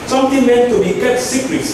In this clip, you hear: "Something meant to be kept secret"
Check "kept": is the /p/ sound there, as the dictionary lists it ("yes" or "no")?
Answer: no